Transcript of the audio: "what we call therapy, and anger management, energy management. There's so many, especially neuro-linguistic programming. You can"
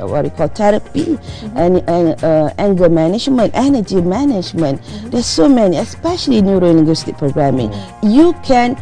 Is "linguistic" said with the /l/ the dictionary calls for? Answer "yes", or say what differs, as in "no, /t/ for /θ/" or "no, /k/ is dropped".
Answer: no, /n/ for /l/